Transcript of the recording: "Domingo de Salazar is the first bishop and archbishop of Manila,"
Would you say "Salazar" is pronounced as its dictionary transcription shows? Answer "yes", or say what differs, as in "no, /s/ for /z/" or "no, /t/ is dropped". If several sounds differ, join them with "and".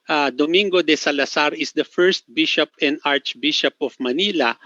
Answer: no, /s/ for /z/